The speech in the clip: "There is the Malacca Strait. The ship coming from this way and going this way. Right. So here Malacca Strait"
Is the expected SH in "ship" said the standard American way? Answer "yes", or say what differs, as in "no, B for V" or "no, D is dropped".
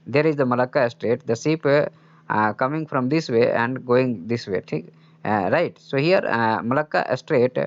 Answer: no, S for SH